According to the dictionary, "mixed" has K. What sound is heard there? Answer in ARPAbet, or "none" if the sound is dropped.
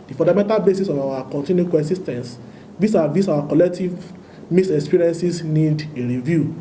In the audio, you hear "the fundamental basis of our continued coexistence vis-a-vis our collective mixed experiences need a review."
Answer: none